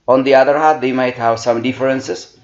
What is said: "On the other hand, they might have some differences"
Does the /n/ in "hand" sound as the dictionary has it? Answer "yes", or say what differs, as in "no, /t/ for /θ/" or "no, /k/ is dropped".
no, /n/ is dropped